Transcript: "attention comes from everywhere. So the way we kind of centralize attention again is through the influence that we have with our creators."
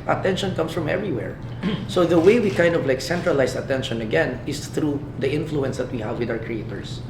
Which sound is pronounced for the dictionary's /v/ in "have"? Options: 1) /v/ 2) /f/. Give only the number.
1